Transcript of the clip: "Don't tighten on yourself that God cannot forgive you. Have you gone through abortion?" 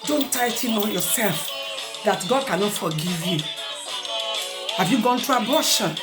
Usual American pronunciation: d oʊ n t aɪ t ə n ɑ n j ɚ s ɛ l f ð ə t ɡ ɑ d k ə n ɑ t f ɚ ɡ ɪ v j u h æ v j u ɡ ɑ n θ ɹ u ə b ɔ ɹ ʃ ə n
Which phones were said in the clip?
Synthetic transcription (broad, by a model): d oʊ n t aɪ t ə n ɑ n j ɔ s ɛ l f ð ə t ɡ ɑ d k ə n ɑ t f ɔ ɡ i v j u h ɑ v j u ɡ ɑ n t ɹ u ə b ɔ ʃ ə n